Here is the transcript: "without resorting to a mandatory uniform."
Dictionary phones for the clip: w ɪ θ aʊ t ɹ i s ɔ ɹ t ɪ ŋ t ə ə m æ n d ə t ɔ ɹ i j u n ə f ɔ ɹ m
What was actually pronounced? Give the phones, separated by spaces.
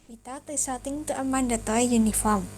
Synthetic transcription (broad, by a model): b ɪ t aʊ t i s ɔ t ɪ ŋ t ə ə m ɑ n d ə t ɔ i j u n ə f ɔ ɹ m